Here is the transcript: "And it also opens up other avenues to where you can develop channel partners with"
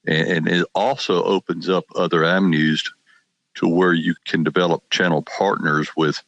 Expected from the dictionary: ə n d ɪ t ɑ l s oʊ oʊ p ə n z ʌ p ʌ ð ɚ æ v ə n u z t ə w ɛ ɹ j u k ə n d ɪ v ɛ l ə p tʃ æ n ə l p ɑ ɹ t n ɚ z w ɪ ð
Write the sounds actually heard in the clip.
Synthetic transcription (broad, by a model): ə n ɪ t ɑ l s oʊ oʊ p ə n z ʌ p ʌ ð ɚ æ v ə n u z t ə w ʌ ɹ j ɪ k ə n d ɪ v ɛ l ə p tʃ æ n l p ɑ ɹ t n ɚ z w ɪ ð